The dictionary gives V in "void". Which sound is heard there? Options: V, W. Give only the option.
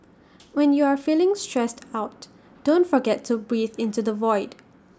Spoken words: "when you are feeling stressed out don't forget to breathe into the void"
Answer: V